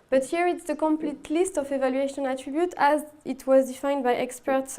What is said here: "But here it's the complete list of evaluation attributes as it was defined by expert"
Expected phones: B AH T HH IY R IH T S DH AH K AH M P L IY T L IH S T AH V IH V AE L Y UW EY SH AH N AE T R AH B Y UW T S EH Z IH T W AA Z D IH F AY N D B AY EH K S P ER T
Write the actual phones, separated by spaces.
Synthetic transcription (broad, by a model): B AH T HH IY R IH T S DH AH K AH M P L IY T L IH S T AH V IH V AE L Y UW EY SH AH N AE T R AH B Y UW T EH Z IH T W AA Z D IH F AY N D B AY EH K S P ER T